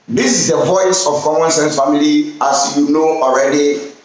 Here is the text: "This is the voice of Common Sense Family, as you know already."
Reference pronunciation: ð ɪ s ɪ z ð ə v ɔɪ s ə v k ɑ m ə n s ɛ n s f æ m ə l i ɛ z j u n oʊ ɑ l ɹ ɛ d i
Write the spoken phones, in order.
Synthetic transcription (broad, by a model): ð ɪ s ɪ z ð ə v ɔɪ s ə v k ɑ m ə n s ɛ n s f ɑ m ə l i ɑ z j u n oʊ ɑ l ɹ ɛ d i